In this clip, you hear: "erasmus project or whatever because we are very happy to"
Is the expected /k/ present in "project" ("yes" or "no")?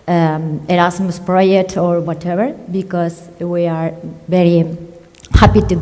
no